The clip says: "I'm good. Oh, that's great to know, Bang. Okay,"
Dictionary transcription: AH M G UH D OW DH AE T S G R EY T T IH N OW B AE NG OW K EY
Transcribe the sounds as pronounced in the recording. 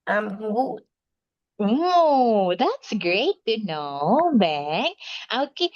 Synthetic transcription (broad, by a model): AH M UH OW DH AE T S G R EY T T IH N OW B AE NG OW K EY